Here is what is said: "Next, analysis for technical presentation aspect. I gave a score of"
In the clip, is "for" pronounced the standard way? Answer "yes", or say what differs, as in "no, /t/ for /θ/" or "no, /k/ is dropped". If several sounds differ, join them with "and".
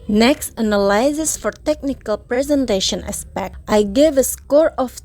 yes